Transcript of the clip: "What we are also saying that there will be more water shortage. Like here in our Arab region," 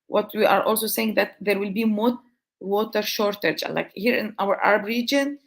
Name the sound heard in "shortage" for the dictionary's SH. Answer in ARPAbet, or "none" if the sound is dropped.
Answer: SH